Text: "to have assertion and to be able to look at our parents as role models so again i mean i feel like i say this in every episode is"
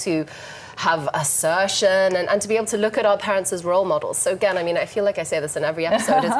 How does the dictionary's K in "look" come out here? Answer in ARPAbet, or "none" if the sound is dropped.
K